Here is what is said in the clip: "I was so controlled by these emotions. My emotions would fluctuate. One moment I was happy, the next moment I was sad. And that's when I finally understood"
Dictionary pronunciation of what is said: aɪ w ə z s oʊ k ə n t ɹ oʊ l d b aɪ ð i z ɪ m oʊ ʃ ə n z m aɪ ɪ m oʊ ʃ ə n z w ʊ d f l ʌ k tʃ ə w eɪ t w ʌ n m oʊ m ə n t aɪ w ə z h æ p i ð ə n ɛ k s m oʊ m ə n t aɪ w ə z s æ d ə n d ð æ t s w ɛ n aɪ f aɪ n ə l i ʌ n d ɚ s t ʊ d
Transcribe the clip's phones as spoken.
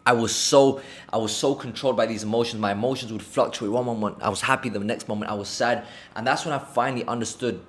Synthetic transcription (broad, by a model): aɪ w ə z s oʊ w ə n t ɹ oʊ l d b aɪ ð i z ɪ m oʊ ʃ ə n z m aɪ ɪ m oʊ ʃ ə n z w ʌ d f l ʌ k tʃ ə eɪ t w ʌ n m oʊ m ə n t aɪ w ə z h æ p i ð ə n ɛ k s m oʊ m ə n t aɪ w ə z s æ d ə n ð æ t s w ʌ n aɪ f aɪ n l i ʌ n d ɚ s t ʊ d